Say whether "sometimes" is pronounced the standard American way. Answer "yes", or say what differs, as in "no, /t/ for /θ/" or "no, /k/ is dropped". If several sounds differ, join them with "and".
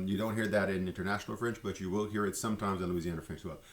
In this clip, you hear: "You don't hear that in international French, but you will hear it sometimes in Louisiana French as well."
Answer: yes